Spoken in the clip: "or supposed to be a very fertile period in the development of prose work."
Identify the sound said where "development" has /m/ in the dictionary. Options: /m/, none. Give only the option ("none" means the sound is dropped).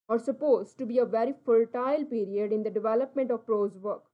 /m/